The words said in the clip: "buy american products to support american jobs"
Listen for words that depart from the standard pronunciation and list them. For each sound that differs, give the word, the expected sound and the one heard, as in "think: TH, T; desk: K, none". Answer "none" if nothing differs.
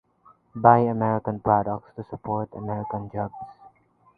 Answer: jobs: Z, S